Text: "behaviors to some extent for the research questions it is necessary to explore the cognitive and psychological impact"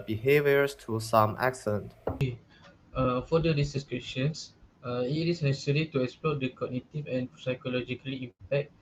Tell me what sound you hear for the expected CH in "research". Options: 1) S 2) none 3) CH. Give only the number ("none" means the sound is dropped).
1